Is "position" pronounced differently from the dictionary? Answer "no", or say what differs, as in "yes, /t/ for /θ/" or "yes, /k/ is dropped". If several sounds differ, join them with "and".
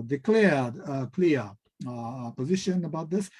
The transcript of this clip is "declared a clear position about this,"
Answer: no